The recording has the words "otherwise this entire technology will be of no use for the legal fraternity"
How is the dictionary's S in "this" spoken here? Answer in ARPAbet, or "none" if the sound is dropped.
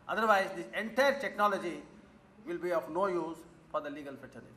none